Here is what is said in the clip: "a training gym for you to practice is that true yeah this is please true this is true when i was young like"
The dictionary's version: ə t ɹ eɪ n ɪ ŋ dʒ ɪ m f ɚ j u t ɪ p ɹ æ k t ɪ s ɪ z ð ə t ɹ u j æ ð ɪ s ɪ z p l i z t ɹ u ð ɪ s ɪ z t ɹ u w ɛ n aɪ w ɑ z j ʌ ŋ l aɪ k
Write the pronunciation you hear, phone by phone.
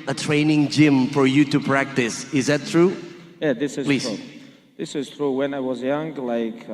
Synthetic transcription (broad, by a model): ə t ɹ eɪ n ɪ ŋ dʒ ɪ m f ɚ j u t ɪ p ɹ æ k t ɪ s ɪ z ð ə t ɹ u j æ ð ɪ s ɪ z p l i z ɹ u ð ɪ s ɪ z t ɹ u w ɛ n aɪ w ɑ z j ʌ ŋ l aɪ k